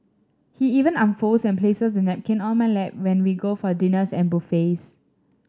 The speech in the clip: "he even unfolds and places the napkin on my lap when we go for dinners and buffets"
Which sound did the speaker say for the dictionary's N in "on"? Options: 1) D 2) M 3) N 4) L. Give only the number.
4